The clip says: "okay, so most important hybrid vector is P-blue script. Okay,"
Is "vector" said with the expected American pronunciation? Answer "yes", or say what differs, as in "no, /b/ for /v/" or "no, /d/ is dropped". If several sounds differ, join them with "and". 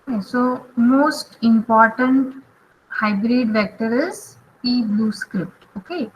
yes